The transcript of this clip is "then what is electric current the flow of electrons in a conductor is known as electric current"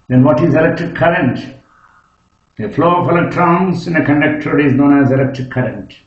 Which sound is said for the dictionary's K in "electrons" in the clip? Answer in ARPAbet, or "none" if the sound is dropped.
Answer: none